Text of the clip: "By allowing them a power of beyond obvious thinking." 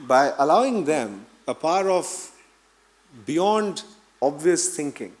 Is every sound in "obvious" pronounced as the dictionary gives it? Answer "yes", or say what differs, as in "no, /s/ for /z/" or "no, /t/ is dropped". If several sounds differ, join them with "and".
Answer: yes